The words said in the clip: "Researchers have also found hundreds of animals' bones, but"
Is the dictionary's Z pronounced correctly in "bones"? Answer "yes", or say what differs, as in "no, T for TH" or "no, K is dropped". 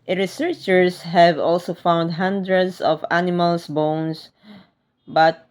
no, S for Z